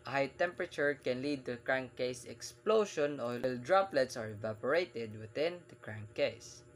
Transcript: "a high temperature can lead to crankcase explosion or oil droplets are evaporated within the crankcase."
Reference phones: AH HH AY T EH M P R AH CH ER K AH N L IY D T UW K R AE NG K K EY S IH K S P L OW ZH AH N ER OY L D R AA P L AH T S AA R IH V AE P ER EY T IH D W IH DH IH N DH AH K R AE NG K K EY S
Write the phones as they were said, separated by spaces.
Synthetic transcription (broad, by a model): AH HH AY T EH M P R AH CH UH K AH N L IY D T UW K R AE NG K K EY S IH K S P L OW SH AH N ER OY L D R AA P L AH T S AA R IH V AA P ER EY T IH D W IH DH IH N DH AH K R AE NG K K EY S